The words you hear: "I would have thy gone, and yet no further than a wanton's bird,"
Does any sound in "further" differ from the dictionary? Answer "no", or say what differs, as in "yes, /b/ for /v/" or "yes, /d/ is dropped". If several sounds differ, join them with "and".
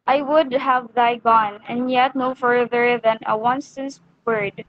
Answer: no